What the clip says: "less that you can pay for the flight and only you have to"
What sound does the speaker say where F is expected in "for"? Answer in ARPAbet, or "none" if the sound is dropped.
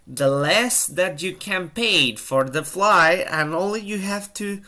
F